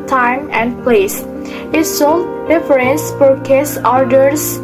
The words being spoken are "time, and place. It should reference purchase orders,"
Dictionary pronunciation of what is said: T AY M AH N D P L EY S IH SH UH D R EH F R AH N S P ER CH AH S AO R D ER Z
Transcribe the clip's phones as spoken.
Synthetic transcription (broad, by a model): T AY M AH N D P L EY S IH S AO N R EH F R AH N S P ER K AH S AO R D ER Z